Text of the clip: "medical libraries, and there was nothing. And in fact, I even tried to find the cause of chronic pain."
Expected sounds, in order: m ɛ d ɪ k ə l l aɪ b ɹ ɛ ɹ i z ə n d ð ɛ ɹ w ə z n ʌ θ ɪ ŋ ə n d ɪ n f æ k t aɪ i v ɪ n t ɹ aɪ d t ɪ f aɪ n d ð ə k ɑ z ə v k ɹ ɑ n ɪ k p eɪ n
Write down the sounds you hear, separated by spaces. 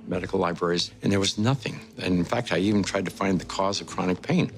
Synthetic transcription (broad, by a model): m ɛ d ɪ k l l aɪ b ɹ ɛ ɹ i z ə n ð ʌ ɹ w ə z n ʌ θ ɪ ŋ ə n ɪ n f æ k t aɪ i v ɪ n t ɹ aɪ d t ɪ f aɪ n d ð ə k ɑ z ə v k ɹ ɑ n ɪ k p eɪ n